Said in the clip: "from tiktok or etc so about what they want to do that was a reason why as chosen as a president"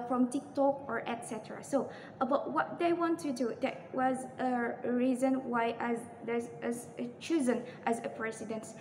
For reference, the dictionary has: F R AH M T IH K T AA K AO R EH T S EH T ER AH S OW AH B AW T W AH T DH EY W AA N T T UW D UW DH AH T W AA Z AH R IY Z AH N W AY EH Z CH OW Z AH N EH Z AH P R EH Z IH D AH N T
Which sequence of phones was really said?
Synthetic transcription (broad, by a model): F R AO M T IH K T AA K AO R EH T S EH T ER AH S OW AH B AW T W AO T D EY W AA N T T UW D UW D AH T W AA Z AH R IY Z AH N W AY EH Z CH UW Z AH N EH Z AH P R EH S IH D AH N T